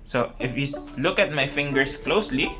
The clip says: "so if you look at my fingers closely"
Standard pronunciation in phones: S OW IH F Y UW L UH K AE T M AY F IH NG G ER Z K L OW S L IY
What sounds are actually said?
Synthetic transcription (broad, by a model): S OW IH F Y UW L UH K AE T M AY F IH NG G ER S K L OW S L IY